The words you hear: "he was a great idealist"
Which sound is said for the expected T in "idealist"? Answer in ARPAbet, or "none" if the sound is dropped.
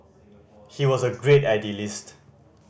T